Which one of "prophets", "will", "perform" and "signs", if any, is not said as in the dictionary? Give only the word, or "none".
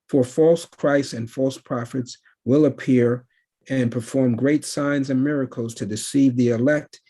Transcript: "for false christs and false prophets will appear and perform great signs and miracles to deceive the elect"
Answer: none